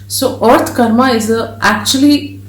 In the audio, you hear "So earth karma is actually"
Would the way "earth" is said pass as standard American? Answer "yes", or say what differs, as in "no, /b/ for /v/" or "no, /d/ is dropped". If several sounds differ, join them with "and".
no, /t/ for /θ/